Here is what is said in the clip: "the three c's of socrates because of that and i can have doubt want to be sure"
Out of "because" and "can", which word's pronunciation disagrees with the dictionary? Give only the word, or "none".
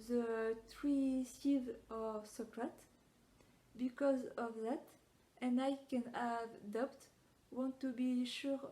none